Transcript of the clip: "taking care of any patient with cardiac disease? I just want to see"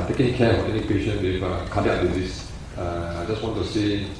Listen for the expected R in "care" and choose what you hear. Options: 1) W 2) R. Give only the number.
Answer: 1